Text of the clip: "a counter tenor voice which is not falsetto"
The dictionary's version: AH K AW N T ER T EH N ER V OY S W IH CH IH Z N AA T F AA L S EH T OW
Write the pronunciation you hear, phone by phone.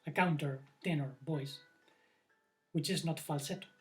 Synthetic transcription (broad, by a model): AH K AW N T ER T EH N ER B OY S W IH CH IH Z N AA T F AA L S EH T